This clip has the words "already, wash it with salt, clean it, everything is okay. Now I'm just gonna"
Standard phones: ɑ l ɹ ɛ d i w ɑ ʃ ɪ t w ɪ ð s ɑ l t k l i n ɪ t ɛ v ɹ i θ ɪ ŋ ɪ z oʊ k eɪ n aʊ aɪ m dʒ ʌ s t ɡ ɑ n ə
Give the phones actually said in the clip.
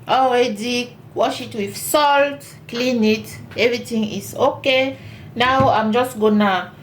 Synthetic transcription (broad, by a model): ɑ l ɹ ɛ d i w ɑ ʃ ɪ t w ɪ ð s ɑ l t k l i n ɪ t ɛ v ɹ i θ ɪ ŋ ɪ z oʊ k eɪ n aʊ aɪ m dʒ ʌ s t ɡ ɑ n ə